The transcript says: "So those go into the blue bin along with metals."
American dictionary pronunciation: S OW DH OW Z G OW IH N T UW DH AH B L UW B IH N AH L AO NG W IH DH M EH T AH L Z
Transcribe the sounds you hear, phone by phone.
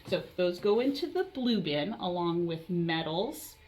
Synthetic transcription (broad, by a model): S OW DH OW Z G OW IH N T UW DH AH B L UW B IH N AH L AO NG W IH DH M EH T L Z